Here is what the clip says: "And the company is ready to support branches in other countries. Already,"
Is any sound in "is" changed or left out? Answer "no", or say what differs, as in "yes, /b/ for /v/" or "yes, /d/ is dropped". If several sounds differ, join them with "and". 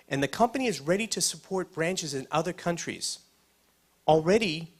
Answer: no